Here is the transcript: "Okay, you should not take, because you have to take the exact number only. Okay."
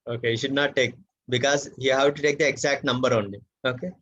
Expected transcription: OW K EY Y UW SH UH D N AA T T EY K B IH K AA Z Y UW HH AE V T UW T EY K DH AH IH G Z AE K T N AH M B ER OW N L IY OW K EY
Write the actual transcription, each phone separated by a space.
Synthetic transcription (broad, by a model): OW K EY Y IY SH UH D N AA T T EY K B IH K AA Z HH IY HH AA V T UW T EY K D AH IH G Z AE K T N AH M B ER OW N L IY OW K EY